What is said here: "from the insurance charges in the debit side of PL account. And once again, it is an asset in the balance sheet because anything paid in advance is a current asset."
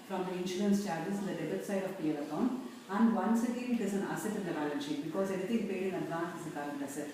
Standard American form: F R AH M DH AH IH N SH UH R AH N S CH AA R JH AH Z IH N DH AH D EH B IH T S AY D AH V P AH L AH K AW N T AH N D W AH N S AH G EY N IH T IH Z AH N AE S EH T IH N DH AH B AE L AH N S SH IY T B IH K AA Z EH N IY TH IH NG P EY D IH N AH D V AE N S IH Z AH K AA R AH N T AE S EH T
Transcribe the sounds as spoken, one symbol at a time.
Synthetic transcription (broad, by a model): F R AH M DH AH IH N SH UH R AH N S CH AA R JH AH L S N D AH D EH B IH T S AY D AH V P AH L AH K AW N AH N D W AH N S AH G EY N IH T IH Z AH N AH S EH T IH N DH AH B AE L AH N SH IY B IH K AA Z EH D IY T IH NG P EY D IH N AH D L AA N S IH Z AH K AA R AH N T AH S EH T